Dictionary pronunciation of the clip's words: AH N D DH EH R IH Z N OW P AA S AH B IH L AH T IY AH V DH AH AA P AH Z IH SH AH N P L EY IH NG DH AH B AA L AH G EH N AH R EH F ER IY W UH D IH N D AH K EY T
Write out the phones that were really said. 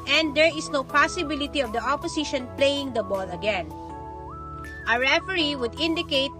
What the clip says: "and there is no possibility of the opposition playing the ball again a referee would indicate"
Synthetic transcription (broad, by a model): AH N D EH R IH S N OW P AA S AH B IH L AH T IY AH V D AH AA P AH S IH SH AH N P L EY IH NG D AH B AA L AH G EH N AH R EH F ER IY W UH D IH N D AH K EY T